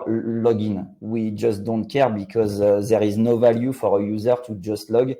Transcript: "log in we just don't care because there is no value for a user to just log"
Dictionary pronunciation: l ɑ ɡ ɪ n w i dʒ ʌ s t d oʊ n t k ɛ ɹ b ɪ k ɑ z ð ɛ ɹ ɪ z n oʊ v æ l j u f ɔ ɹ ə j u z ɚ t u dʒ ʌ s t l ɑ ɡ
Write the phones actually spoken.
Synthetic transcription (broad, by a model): l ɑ ɡ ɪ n w i dʒ ʌ s t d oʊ n t k ɛ ɹ b ɪ k ɑ z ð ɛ ɹ ɪ z n oʊ v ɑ l j u f ɔ ɹ ə j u z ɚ t u dʒ ʌ s t l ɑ ɡ